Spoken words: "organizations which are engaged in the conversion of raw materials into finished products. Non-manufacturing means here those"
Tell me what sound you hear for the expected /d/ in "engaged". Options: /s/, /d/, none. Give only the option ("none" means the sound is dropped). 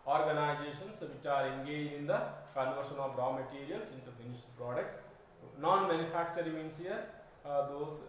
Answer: none